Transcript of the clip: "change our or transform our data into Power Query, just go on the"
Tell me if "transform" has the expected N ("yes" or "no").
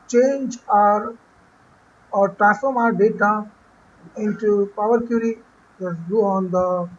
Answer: no